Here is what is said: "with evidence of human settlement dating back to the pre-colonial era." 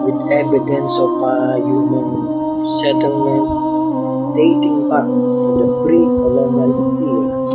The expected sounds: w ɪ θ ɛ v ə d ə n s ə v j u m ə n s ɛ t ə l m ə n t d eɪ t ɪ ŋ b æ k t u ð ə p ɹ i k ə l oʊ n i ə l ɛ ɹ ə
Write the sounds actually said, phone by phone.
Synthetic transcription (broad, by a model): w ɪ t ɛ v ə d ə n s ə p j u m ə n s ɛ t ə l m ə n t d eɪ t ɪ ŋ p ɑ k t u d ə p ɹ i k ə l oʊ n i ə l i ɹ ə